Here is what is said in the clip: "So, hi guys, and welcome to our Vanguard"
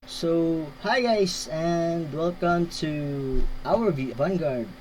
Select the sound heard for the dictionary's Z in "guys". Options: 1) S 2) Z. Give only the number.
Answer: 1